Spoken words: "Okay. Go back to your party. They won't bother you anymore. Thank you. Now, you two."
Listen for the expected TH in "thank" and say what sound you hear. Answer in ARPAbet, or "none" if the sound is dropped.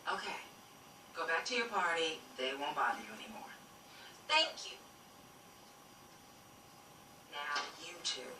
TH